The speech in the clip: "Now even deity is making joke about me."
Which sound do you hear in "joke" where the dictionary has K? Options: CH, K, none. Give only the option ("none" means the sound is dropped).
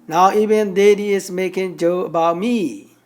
none